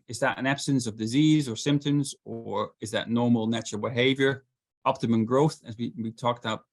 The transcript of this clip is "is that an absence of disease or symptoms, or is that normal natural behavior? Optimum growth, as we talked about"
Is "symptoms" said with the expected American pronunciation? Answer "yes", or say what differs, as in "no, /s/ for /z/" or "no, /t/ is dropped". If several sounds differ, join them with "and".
yes